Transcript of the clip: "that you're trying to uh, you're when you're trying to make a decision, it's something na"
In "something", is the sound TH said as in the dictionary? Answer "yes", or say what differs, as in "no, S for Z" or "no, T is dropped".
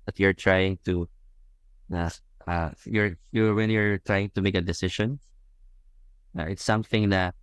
yes